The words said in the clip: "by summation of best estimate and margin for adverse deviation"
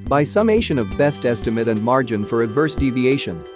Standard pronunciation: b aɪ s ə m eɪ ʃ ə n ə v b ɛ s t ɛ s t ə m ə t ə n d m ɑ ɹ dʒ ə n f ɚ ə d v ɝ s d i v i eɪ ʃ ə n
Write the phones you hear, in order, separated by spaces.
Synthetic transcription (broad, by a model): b aɪ s ə m eɪ ʃ ə n ə v b ɛ s t ɛ s t ə m ə t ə n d m ɑ ɹ dʒ ə n f ɚ ə d v ɝ s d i v i eɪ ʃ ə n